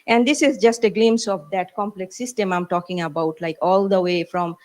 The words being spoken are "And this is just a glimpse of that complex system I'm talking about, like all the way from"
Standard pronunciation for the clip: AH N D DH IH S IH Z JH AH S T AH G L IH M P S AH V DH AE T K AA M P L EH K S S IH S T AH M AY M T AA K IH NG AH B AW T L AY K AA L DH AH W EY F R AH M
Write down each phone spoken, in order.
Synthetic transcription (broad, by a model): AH N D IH S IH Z JH AH S T AH G L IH M S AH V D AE T K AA M P L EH K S S IH S T AH M AY M T AA K IH NG AH B AW T L AY K AA L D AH W EY F R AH M